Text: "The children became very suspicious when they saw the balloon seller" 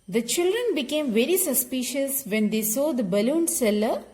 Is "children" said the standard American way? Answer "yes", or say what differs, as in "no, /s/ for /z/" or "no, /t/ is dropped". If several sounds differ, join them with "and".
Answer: yes